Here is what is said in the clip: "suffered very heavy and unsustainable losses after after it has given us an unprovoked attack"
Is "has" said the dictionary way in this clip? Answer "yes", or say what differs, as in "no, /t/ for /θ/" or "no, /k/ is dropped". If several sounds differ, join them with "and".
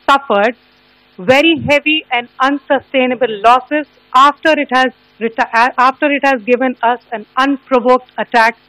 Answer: yes